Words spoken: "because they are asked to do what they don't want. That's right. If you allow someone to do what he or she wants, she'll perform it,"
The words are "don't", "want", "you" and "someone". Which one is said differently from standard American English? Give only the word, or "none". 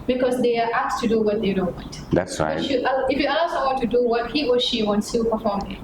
someone